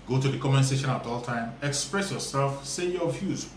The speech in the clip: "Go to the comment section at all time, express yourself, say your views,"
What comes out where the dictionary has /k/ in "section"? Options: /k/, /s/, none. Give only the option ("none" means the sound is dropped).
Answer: none